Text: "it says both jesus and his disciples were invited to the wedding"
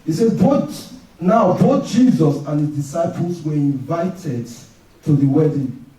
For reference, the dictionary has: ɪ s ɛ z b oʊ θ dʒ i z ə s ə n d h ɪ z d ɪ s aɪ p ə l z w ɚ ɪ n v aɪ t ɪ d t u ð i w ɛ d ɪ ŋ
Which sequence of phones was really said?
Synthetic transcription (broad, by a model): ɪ s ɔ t b oʊ t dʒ i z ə s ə n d h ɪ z d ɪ s aɪ p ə l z w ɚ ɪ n v aɪ t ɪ d t u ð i w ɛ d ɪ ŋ